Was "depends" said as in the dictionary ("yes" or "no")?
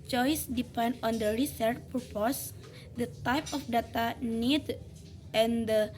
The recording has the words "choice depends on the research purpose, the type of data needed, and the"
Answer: no